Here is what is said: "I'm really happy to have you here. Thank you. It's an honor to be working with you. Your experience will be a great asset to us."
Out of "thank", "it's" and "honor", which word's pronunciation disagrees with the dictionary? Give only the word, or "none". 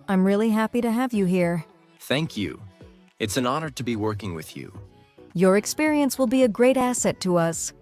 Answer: none